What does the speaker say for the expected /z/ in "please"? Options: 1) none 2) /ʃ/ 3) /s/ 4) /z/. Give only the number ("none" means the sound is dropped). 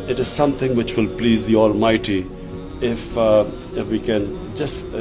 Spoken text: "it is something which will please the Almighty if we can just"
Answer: 4